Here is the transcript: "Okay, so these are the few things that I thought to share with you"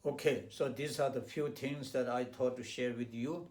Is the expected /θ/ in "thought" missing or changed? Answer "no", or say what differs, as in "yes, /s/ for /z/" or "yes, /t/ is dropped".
yes, /t/ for /θ/